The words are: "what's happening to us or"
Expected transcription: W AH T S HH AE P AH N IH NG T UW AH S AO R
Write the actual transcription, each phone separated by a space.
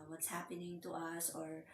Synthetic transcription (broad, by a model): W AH T S HH AE P AH N IH NG T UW AH S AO R